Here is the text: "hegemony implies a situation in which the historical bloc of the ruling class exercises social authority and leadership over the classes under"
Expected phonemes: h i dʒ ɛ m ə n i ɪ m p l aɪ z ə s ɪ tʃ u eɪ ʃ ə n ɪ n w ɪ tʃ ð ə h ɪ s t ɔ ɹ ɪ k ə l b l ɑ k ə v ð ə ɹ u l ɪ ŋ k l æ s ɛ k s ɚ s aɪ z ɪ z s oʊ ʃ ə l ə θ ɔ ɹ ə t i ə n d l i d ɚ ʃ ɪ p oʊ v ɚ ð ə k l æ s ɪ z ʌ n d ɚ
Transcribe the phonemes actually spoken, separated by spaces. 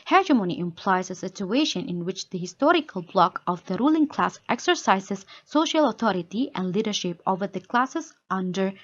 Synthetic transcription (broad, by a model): h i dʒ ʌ m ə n i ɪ m p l aɪ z ə s ɪ tʃ u eɪ ʃ ə n ɪ n w ɪ tʃ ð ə h ɪ s t ɔ ɹ ɪ k ə l b l ɑ k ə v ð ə ɹ u l ɪ ŋ k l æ s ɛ k s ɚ s aɪ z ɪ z s oʊ ʃ ə l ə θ ɔ ɹ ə t i ə n d l i d ɚ ʃ ɪ p oʊ v ɚ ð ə k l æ s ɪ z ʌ n d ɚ